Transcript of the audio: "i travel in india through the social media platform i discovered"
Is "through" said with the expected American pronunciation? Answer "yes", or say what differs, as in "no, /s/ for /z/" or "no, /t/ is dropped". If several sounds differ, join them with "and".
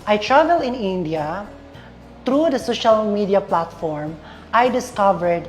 no, /t/ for /θ/